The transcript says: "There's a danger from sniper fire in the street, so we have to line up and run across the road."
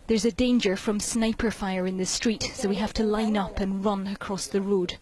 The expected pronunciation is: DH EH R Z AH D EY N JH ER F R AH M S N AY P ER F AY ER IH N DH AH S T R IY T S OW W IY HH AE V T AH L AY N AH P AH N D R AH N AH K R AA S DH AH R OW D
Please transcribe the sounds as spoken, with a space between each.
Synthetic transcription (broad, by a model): DH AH R Z AH D EY N JH ER F R AH M S N AY P ER F AY ER IH N DH AH S T R IY T S OW W IY HH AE F T AH L AY N AH P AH N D R AH N AH K R AA S DH AH R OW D